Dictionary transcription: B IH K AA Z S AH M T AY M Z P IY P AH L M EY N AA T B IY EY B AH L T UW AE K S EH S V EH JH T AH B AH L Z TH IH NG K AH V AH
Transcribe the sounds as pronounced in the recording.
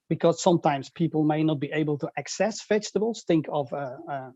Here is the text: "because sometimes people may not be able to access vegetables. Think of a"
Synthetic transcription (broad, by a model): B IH K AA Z S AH M T AY M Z P IY P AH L M EY N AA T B IY EY B AH L T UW AE K S EH S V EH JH T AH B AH L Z TH IH NG K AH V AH